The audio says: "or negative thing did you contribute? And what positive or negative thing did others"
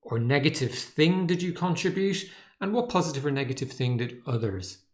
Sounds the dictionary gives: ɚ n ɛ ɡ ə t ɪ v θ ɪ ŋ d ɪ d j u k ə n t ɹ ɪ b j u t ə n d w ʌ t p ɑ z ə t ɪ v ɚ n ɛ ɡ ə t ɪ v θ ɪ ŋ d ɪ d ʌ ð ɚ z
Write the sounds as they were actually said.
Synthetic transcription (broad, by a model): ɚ n ɛ ɡ ə t ɪ v θ ɪ ŋ d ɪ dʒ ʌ k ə n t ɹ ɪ b j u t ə n w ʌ t p ɑ z ə t ɪ v ɚ n ɛ ɡ ə t ɪ v θ ɪ ŋ d ɪ d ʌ ð ɚ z